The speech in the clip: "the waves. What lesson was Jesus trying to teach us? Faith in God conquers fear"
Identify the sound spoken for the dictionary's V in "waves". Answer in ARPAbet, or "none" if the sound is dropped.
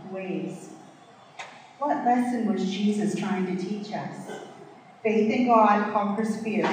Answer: none